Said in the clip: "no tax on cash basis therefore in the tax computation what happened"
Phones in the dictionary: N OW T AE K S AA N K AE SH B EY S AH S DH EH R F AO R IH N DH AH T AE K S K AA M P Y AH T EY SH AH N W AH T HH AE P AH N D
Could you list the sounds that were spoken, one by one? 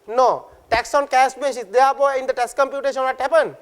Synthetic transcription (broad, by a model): N OW T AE K S AA N K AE S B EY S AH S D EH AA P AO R IH N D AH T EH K S K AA M P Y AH T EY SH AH N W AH T HH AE P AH N